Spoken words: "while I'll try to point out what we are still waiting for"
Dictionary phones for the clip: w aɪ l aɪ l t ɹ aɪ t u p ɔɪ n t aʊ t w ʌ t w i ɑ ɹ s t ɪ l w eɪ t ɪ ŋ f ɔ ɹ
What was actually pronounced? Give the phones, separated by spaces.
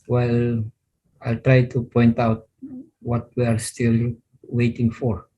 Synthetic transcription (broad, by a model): w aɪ l aɪ l t ɹ aɪ t u p ɔɪ n t aʊ t w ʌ t w i ɑ ɹ s t ɪ l w eɪ t ɪ ŋ f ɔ ɹ